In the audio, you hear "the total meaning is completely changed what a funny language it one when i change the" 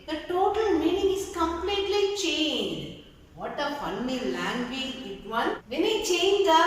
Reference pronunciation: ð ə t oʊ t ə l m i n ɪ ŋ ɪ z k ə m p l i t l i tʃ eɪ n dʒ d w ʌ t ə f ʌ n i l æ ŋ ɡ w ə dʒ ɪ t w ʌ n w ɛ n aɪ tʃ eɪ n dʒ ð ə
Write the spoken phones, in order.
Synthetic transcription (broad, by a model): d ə t oʊ t ə l m i n ɪ ŋ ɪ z k ə m p l i t l i tʃ eɪ n dʒ d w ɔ t ə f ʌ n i l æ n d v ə ɪ t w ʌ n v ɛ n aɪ tʃ eɪ n dʒ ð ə